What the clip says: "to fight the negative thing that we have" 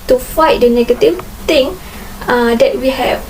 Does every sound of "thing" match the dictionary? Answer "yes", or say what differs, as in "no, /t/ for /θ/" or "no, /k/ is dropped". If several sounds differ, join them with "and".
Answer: no, /t/ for /θ/